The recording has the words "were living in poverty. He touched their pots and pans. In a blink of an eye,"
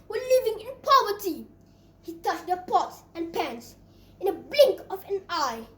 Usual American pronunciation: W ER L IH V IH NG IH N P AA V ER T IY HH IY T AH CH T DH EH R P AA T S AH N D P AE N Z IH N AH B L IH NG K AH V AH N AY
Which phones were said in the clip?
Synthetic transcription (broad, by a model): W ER L IH V IH NG IH N P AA V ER T IY HH IY T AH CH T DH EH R P AA T S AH N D P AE N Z IH N AH B L IH NG K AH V AH N AY